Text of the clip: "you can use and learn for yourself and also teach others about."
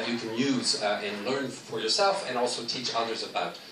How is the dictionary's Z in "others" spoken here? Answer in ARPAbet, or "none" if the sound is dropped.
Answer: Z